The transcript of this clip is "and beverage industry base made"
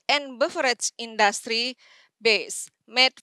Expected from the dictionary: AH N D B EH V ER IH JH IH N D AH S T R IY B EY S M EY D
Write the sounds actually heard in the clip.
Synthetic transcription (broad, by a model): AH N B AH F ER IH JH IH N D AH S T R IY B EY S M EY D